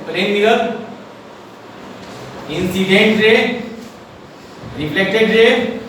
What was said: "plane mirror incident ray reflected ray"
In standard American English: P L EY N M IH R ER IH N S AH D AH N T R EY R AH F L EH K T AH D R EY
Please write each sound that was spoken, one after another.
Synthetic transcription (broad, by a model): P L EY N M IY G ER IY N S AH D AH N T R EY R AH P L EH K T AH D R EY